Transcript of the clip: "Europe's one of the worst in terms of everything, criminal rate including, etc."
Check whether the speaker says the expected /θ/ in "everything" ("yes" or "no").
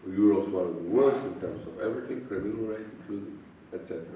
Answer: no